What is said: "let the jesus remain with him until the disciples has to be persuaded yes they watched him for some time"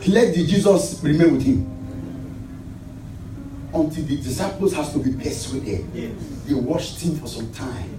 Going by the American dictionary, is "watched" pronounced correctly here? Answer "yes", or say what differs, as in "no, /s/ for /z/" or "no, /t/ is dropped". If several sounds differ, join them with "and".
no, /ʃ/ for /tʃ/